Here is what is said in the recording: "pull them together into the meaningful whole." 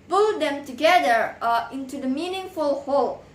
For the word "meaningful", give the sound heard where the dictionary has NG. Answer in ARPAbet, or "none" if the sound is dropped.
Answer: NG